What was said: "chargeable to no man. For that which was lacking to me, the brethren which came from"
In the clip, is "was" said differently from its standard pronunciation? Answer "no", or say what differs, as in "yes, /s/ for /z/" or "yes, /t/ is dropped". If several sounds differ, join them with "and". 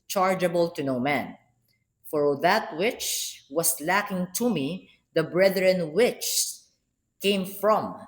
yes, /s/ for /z/